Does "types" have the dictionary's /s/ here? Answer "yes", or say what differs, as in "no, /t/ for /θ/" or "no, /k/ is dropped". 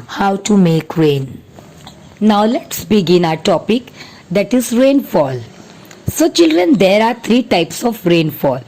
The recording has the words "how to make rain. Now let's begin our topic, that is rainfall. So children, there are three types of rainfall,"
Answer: yes